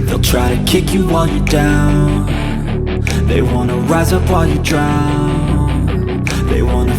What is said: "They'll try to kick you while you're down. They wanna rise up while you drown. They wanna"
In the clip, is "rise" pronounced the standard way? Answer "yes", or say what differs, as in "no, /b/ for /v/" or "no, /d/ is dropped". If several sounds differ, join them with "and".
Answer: yes